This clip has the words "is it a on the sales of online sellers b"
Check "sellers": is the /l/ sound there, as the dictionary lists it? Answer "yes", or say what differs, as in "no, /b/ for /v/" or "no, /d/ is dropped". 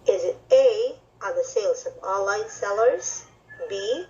yes